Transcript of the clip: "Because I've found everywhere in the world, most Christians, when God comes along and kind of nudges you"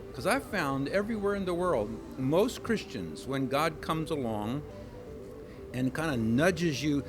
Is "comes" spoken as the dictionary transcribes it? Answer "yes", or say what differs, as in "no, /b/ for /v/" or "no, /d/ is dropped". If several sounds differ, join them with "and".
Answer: yes